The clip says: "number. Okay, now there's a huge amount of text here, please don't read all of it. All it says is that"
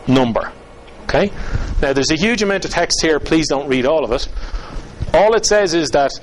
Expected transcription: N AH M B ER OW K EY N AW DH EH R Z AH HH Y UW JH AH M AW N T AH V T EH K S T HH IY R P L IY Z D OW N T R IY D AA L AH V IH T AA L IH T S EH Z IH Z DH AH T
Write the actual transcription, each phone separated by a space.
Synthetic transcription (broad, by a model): N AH M B ER OW K EY N AW DH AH R Z AH HH Y UW JH AH M AW N T AH V T EH K S T HH IY R P L IY Z D OW N T R IY D AA L AH V IH T AA L IH T S EH Z IH Z DH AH T